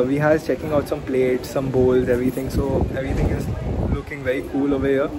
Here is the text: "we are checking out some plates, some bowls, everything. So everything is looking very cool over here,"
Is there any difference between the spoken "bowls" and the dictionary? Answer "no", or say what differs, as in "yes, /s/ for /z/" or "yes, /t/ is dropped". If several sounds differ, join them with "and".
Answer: no